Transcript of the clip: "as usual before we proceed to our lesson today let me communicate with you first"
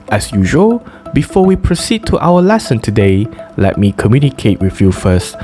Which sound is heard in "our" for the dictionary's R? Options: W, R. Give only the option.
W